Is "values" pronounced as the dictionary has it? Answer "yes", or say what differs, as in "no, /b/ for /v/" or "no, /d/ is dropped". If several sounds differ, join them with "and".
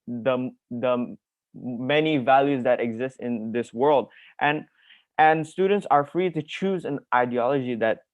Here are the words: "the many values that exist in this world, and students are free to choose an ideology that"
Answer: yes